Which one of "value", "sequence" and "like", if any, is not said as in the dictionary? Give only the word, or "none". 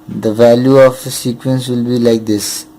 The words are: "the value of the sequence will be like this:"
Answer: none